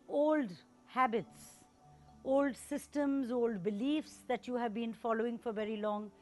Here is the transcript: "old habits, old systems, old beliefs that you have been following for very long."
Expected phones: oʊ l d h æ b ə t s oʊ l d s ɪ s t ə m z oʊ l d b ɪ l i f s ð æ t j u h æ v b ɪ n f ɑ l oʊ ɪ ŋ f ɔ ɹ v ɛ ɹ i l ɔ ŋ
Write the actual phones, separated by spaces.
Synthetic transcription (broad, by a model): oʊ l d h æ b ə t s oʊ l d s ɪ s t ə m z oʊ l d b ɪ l i f s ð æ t j u h æ v b ɪ n f ɑ l oʊ ɪ ŋ f ɔ ɹ v ɛ ɹ i l ɔ ŋ